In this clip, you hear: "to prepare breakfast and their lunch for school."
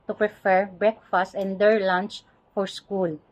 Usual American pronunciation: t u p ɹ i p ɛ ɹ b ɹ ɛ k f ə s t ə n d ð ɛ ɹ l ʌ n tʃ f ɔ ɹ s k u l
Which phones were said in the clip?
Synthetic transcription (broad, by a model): t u p ɹ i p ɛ ɹ b ɹ ɛ k f ə s t ə n d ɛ ɹ l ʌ n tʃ f ɔ ɹ s k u l